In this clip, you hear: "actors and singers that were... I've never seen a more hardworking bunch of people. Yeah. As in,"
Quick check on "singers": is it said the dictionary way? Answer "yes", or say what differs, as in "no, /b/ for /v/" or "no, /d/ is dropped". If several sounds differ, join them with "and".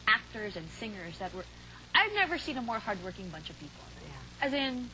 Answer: yes